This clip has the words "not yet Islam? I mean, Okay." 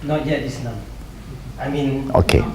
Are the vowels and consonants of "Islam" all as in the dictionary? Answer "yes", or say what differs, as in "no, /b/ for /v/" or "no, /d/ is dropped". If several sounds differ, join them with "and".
no, /n/ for /l/